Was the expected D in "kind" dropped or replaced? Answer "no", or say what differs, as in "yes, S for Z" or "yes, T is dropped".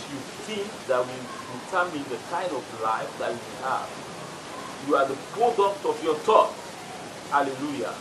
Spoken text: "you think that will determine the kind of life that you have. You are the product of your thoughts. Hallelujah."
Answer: yes, D is dropped